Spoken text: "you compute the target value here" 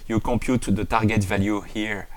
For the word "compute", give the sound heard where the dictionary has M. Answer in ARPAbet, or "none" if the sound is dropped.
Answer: none